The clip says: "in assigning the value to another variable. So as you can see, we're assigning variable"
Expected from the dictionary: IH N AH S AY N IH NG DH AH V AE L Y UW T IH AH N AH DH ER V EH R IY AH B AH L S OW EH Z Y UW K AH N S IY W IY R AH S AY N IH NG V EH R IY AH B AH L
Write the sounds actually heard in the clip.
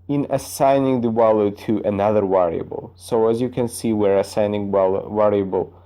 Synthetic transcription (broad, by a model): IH N AH S AY N IH NG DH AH W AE L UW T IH AH N AH DH ER W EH R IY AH B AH L S OW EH Z Y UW K AH N S IY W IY R AH S AY N IH NG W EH R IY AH B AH L